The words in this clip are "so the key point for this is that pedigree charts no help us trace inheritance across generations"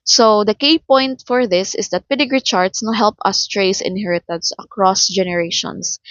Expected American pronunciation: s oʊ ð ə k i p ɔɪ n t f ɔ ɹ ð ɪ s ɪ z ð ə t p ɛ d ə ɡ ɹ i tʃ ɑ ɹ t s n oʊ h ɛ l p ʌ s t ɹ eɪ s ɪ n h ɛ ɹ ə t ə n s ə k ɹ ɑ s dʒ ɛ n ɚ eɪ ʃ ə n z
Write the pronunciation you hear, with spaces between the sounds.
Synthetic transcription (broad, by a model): s oʊ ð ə k i p ɔɪ n t f ɔ ɹ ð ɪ s ɪ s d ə t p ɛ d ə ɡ ɹ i tʃ ɑ ɹ t s n oʊ h ɛ l p ʌ s t ɹ eɪ s ɪ n h ɛ ɹ ə t ə n s ə k ɹ ɑ s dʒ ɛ n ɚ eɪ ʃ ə n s